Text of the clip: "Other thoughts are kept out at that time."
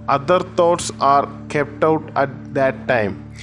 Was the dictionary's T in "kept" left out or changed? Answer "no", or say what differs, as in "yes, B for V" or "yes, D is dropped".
no